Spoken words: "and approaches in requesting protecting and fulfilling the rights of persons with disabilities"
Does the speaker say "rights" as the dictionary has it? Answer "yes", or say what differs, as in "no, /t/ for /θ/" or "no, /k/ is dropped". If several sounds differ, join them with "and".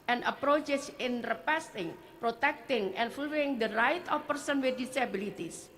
no, /s/ is dropped